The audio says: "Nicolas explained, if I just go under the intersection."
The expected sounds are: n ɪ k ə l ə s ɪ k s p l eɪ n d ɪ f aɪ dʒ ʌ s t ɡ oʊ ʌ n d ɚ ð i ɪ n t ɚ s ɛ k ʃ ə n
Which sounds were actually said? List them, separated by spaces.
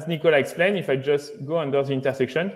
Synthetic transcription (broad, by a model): n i k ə l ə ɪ k s p l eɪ n ɪ f aɪ dʒ ʌ s t ɡ oʊ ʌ n d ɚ ð i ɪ n t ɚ s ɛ k ʃ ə n